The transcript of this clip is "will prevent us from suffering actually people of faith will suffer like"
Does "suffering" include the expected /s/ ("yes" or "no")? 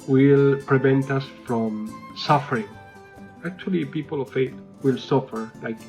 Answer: yes